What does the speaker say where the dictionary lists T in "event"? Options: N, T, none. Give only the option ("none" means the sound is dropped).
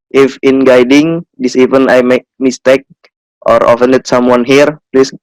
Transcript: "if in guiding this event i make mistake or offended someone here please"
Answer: none